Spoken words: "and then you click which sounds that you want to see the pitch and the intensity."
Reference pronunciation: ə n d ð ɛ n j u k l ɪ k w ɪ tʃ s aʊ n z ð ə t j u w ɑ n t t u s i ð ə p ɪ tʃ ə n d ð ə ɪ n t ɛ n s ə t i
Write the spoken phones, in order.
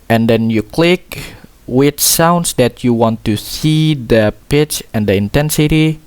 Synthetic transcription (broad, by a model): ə n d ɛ n j u k l ɪ k w ɪ tʃ s aʊ n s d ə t j u w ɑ n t t u s i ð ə p ɪ tʃ ə n d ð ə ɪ n t ɛ n s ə t i